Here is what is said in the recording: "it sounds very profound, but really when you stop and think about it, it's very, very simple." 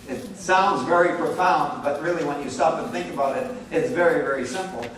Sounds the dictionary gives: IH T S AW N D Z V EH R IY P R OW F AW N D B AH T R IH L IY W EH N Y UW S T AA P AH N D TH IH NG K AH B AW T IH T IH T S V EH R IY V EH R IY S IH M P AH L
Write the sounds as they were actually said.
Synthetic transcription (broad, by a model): IH T S AW N D Z V EH R IY P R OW F AW N D B AH T R IH L IY W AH N Y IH S T AA P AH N TH IH NG K AH B AW T IH T IH T S V EH R IY V EH R IY S IH M P L